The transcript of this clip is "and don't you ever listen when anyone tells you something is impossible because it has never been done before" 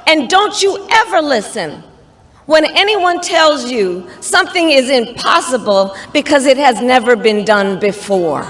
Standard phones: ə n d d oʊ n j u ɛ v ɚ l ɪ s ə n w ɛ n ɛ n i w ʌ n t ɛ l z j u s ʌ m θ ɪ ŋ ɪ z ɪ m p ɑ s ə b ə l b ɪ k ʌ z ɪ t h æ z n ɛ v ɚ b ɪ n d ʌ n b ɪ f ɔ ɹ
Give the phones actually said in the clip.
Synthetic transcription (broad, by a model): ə n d d oʊ n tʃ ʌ ɛ v ɚ l ɪ s ə n w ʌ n ɛ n i w ʌ n t ɛ l z j u s ʌ m θ ɪ ŋ ɪ z ɪ m p ɑ s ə b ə l b ɪ k ʌ z ɪ t h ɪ z n ɛ v ɚ b ɪ n d ʌ n b ɪ f ɔ ɹ